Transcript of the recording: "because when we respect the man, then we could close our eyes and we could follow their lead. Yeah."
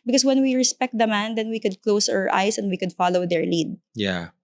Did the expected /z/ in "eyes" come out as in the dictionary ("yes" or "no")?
no